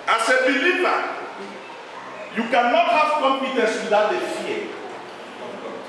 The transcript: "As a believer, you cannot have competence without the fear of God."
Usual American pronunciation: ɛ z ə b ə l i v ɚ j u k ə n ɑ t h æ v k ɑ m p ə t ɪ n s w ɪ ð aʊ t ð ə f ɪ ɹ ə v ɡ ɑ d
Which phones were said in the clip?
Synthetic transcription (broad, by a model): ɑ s ə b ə l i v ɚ j u k ə n ɑ t h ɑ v k ɑ m p ə t ɪ n s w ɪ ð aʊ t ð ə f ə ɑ